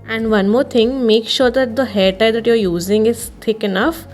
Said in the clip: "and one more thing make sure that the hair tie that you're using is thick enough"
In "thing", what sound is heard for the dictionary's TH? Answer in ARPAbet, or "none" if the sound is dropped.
T